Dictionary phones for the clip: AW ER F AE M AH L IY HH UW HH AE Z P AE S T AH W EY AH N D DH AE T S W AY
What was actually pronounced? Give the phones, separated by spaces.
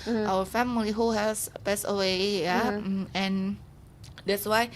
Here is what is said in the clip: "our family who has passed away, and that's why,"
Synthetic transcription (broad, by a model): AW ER F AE M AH L IY HH UW HH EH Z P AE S AH W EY AH N D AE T S W AY